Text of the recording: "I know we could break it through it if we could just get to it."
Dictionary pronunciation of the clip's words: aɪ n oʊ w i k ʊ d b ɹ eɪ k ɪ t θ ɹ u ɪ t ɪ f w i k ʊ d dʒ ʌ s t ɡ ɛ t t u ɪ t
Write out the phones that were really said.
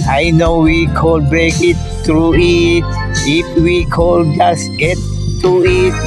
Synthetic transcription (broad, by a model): aɪ n oʊ w i k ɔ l b ɹ eɪ k ɪ t t ɹ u ɪ t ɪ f w i k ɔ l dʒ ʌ s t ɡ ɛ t t u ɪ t